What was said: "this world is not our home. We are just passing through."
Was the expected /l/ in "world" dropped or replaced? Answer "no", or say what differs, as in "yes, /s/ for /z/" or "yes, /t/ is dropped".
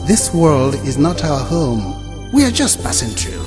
no